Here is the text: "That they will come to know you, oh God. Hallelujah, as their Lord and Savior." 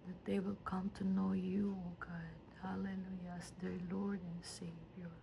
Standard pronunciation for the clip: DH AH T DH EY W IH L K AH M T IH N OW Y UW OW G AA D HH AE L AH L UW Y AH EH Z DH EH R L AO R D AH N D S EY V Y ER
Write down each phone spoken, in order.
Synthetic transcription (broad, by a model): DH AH T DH EY W IH L K AH M T IH N OW Y UW OW G AA D HH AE L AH L UW Y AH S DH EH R L AO R D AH N S EY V Y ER